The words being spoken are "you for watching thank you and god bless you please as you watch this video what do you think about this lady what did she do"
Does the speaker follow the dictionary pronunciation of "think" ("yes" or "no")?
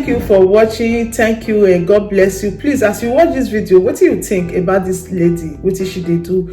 no